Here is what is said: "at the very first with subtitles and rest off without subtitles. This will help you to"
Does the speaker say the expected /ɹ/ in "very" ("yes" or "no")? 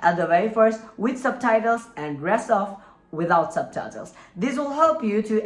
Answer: no